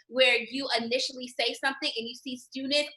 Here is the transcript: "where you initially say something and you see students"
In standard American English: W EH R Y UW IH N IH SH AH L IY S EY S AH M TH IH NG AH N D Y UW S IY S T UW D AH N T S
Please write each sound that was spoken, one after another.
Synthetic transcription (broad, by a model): W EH R Y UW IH N IH SH L IY S EY S AH M TH IH NG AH N Y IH S IY S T UW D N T